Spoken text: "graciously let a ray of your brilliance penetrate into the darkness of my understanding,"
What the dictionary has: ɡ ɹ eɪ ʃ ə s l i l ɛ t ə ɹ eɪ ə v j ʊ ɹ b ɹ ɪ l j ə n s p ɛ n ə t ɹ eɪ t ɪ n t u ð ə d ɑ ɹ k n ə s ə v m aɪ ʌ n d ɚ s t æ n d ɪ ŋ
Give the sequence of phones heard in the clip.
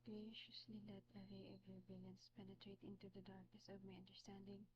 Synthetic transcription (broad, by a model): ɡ ɹ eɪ ʃ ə s l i l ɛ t ə ɹ eɪ ə v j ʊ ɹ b ɪ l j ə n s p ɛ n ə t ɹ eɪ t ɪ n t u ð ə d ɑ ɹ k n ə s ə v m aɪ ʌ n d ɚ s t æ n d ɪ ŋ